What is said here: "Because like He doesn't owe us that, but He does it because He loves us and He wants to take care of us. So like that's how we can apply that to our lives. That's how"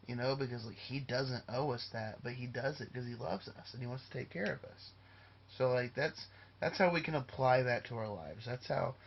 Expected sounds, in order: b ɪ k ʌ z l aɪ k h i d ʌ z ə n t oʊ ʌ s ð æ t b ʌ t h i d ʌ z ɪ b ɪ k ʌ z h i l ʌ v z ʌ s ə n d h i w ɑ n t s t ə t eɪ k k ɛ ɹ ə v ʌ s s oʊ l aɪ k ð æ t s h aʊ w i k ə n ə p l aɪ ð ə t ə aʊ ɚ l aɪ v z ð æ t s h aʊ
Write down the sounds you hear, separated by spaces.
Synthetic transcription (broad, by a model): b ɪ k ʌ z l aɪ k h i d ʌ z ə n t oʊ ʌ s ð æ t b ʌ t h i d ʌ z ɪ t k ʌ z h i l ʌ v z ʌ s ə n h i w ɑ n t s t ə t eɪ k k ɛ ɹ ə v ʌ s s oʊ l aɪ k ð æ t s h aʊ w i k ə n ə p l aɪ ð ə t ə aʊ ɚ l aɪ v z ð æ t s h aʊ